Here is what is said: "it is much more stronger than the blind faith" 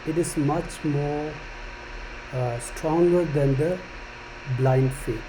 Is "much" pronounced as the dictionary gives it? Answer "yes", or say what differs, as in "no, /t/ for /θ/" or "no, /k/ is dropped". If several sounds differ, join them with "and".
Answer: yes